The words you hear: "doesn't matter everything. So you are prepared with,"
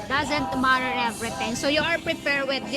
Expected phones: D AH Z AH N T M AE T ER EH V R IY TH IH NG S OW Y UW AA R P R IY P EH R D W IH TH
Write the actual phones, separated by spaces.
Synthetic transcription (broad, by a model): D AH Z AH N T M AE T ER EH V R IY T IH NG S OW Y UW AA R P R IY P EH R D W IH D